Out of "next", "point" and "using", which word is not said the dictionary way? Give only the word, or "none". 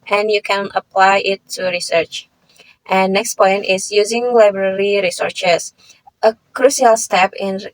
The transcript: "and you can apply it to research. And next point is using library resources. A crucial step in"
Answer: none